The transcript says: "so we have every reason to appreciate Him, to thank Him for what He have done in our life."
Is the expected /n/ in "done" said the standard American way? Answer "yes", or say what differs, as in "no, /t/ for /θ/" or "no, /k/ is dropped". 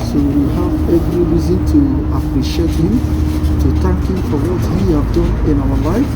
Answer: no, /n/ is dropped